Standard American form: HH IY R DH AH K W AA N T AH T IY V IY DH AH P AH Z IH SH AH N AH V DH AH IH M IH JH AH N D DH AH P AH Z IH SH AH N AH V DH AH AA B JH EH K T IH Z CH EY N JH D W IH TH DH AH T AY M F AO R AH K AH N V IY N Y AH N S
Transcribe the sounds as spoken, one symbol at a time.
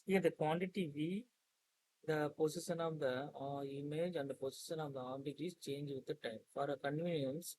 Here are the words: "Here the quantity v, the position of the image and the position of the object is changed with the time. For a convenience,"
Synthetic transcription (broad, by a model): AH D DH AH K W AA N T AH T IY V IY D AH P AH S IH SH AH N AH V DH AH IH M IH JH AH N D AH P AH S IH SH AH N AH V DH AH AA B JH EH T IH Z CH EY N JH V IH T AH T AY M F AO R AH K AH N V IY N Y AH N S